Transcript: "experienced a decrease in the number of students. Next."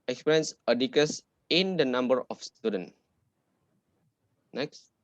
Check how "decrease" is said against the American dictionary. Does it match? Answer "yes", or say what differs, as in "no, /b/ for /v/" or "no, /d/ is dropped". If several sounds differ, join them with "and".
no, /ɹ/ is dropped